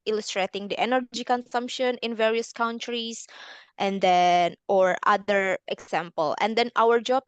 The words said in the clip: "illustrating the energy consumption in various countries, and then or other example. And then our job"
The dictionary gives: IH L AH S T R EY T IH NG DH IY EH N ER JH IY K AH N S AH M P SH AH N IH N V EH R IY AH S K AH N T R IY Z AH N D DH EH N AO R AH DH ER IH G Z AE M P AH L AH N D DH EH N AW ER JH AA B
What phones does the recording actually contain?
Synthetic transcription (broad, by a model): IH L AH S T R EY T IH NG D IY EH N ER JH IY K AH N S AH M P SH AH N IH N V EH R IY AH S K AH N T R IY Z AH N D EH N AO R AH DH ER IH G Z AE M P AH L AH N D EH N AW ER JH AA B